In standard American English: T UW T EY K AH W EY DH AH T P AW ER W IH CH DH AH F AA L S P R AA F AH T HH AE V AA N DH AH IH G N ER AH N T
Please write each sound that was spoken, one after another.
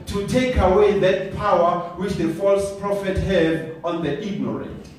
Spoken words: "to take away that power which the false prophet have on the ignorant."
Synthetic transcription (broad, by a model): T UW T EY K AH W EY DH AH T P AW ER W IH CH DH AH F AA L S P R AA F AH T HH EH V AA N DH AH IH G N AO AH N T